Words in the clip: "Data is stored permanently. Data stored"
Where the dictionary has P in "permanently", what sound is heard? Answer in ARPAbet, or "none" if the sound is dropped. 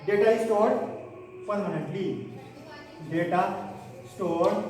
F